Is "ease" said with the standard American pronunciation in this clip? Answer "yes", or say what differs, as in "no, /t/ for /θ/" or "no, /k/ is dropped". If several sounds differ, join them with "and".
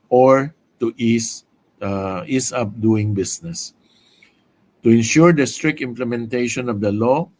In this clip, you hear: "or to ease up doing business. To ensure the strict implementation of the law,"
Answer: no, /s/ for /z/